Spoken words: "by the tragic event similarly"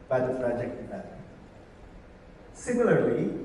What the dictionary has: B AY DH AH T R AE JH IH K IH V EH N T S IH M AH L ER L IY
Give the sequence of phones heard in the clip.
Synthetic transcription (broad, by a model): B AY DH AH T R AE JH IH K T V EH T S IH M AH L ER L IY